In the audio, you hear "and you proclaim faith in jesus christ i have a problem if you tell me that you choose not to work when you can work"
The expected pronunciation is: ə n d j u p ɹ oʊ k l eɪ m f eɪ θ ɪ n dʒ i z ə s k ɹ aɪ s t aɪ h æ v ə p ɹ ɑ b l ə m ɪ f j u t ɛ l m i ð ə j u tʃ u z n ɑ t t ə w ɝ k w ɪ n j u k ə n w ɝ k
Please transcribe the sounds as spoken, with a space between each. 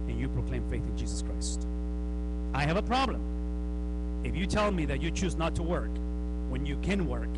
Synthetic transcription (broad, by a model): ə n j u p ɹ oʊ k l eɪ m f eɪ θ ɪ n dʒ i z ə s k ɹ aɪ s t aɪ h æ v ə p ɹ ɑ b l ə m ɪ f j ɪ t ɛ l m i ð ə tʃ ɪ tʃ u z n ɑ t t ə w ɝ k w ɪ n j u k ə n w ɝ k